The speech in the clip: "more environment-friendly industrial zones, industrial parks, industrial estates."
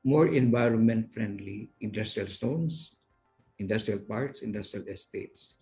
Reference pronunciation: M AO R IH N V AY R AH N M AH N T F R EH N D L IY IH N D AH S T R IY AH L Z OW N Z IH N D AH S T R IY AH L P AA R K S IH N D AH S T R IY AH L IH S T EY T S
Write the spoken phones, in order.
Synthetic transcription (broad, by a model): M AO R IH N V AY R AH N M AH N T F R EH N D L IY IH N D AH S T R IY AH L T OW N S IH N D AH S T R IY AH L P AA R K S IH N D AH S T R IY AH L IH S T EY T S